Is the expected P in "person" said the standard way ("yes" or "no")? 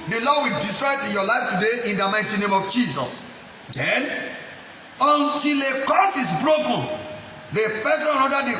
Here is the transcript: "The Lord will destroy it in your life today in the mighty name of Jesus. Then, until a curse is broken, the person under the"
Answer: no